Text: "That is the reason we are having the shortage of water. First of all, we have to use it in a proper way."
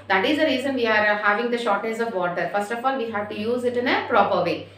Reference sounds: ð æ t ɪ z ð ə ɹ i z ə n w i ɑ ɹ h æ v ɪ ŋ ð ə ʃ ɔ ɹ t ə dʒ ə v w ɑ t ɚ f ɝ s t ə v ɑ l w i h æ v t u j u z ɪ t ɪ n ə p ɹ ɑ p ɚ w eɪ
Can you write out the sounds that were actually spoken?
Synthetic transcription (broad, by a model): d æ t ɪ z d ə ɹ i z ə n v i ɑ ɹ h æ v ɪ ŋ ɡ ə ʃ ɔ ɹ t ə z ə v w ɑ t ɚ f ɝ s t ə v ɑ l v i h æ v t u j u z ɪ t ɪ n ə p ɹ ɑ p ɚ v eɪ